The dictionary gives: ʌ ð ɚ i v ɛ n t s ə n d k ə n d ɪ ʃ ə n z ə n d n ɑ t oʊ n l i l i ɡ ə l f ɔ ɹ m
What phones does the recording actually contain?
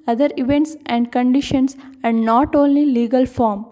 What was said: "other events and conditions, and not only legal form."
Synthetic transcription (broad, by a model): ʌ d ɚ i v ɛ n t s ə n d k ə n d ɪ ʃ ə n s ə n d n ɑ t oʊ n l i l i ɡ ə l f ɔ ɹ m